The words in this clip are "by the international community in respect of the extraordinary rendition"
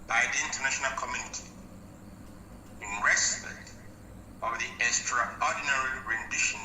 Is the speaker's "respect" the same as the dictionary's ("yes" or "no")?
no